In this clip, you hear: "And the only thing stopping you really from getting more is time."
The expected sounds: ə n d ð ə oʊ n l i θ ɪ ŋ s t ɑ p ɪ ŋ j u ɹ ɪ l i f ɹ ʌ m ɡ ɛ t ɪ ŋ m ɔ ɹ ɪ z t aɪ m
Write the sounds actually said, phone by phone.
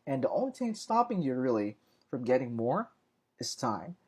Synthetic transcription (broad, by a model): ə n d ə oʊ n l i t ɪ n s t ɑ p ɪ ŋ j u ɹ ɪ l i f ɹ ʌ m ɡ ɛ t ɪ ŋ m ɔ ɹ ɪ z t aɪ m